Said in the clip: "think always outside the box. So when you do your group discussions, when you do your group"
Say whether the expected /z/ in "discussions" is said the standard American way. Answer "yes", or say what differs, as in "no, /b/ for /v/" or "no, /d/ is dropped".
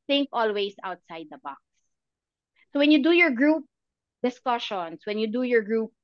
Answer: no, /s/ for /z/